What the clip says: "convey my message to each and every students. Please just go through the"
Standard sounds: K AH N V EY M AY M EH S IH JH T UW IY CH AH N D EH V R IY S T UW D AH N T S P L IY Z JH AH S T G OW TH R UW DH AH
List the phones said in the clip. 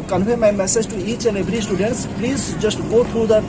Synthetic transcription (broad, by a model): K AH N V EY M AY M EH S IH JH T UW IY S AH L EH B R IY S T UW D AH N T S P L IY Z JH AH S T G OW T R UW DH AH